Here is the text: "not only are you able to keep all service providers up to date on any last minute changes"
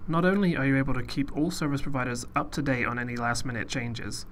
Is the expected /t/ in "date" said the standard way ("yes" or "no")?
no